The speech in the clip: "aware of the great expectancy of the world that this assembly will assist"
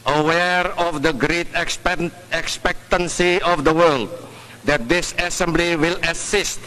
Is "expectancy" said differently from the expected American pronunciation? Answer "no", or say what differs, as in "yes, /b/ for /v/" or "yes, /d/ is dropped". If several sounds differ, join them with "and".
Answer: no